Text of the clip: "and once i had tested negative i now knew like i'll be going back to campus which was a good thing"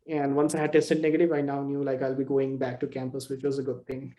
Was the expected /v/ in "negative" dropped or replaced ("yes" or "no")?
no